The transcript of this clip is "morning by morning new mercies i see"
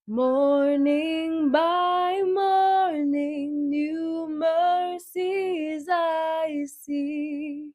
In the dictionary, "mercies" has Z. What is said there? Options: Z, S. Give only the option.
Z